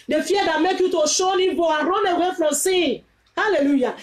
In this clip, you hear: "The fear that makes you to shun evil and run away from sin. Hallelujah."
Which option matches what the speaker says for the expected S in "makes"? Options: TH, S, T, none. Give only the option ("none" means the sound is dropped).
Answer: none